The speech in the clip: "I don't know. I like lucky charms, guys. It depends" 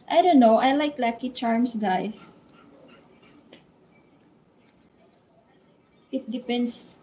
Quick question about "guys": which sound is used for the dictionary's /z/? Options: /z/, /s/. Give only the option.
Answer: /s/